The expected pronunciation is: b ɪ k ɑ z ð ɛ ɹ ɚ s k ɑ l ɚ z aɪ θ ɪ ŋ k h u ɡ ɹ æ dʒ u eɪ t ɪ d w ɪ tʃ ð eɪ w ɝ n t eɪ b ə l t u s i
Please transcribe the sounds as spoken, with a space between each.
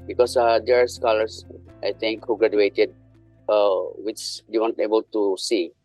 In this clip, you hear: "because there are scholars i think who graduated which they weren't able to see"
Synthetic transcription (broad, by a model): b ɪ k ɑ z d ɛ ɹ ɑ s k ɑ l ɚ s aɪ t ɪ ŋ k h u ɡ ɹ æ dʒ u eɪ t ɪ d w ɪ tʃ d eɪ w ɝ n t eɪ b ə l t u s i